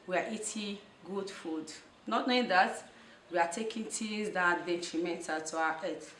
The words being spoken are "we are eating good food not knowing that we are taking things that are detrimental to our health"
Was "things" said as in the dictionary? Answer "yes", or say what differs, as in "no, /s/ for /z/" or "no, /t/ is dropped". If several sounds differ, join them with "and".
no, /t/ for /θ/